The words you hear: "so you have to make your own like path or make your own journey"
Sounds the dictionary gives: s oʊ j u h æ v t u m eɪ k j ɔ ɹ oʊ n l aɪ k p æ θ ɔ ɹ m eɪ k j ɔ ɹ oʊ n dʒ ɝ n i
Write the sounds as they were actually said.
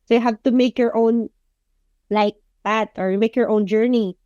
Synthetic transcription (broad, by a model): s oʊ j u h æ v t u m eɪ k j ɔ ɹ oʊ n l aɪ k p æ t ɔ ɹ m eɪ k j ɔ ɹ oʊ n dʒ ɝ n i